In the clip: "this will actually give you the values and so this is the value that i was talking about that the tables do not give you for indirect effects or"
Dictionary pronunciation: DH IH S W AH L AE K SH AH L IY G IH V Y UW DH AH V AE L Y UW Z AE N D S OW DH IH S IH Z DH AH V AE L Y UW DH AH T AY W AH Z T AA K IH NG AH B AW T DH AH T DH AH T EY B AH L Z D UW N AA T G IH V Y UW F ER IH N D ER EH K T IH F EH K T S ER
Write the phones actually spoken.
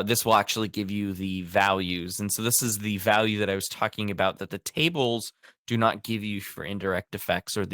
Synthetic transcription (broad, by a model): DH IH S W AH L AE K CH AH L IY G IH V Y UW DH AH V AE L Y UW Z N S OW DH IH S IH Z DH AH V AE L Y UW DH AH T AY W AH Z T AA K IH NG AH B AW T DH AH T DH AH T EY B L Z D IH N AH T G IH V Y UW F ER IH N D ER EH K T IH F EH K T S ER